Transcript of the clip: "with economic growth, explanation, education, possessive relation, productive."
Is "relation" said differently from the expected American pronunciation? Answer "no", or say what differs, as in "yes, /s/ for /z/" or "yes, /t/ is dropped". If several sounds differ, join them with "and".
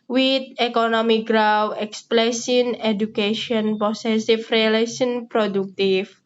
yes, /s/ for /ʃ/